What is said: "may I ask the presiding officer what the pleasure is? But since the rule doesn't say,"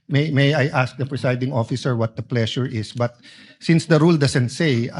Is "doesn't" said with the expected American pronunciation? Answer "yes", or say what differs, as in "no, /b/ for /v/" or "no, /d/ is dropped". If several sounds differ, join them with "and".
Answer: no, /s/ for /z/